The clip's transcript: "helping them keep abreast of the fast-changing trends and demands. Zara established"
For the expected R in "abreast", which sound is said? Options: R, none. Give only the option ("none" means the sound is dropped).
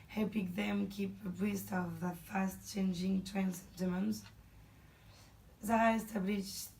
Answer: none